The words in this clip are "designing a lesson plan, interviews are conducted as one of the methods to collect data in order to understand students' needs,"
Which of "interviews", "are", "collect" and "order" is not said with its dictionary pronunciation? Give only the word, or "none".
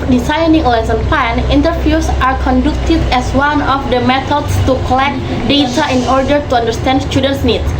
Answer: interviews